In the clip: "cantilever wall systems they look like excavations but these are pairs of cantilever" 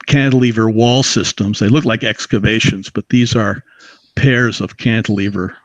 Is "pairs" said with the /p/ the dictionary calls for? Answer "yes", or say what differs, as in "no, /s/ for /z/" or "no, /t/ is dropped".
yes